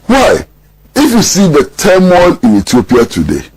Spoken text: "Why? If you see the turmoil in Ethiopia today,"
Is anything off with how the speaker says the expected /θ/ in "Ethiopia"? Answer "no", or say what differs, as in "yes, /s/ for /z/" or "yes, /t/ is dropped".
yes, /t/ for /θ/